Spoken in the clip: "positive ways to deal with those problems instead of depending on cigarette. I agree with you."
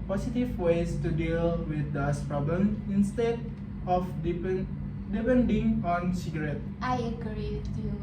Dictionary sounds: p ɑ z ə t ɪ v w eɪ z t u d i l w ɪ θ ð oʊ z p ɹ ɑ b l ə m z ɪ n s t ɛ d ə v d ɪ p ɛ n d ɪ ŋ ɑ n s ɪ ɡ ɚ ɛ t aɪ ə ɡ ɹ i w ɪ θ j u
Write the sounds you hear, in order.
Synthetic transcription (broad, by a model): p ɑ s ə t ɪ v w eɪ s t u d i l w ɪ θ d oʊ s p ɹ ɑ b l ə m ɪ n s t ɛ d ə p d ɪ p ɛ n d ɪ ŋ ɑ n s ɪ ɡ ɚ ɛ t aɪ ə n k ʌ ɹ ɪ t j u